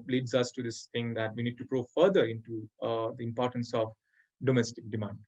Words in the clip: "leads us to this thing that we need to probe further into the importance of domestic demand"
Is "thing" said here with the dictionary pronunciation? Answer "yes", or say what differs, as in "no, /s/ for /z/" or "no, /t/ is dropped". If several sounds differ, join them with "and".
no, /t/ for /θ/